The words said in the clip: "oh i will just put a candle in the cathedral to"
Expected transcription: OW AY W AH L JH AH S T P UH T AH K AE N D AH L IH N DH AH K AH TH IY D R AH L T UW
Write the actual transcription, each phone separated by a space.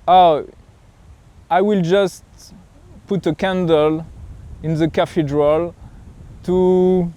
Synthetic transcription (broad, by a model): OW AY W AH L JH AH S T P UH T AH K AE N D AH L IH N DH AH K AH F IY D R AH L T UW